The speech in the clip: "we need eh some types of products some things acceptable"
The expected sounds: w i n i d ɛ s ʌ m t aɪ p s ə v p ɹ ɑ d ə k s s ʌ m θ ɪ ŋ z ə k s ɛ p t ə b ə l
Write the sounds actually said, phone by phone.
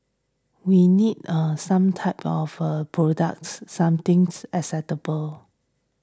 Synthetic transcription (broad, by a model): w i n i d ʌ s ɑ m t aɪ p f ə p ɹ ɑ d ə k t s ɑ m t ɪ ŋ s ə s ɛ t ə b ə l